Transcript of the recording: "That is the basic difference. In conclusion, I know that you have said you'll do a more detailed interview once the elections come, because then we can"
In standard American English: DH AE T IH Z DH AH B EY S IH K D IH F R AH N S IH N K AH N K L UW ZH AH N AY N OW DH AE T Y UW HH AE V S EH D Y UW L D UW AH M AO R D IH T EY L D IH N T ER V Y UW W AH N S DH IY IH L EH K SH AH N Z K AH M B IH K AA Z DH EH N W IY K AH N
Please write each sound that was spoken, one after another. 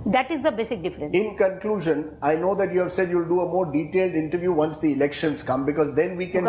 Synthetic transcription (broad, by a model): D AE T IH Z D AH B EY S IH K D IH F R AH N IH N K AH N K L UW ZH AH N AY N OW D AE T Y UW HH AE V S EH D Y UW L D UW AH M AO R D IH T EY L D IH N T ER V Y UW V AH N S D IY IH L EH K SH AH N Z K AH M B IH K AA Z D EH N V IY K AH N